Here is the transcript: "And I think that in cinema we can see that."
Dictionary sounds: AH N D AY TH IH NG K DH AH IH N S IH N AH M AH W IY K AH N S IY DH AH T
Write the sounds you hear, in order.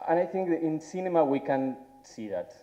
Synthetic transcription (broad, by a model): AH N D AY TH IH NG K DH IH N S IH N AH M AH W IY K AH N S IY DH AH T